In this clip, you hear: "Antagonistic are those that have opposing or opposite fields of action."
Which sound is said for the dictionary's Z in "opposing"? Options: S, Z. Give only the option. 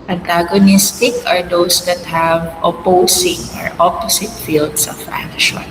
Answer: S